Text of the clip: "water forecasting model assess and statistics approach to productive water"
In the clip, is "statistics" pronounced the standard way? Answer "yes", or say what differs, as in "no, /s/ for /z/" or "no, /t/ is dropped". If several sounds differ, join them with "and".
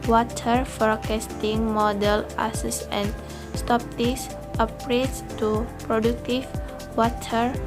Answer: no, /k/ is dropped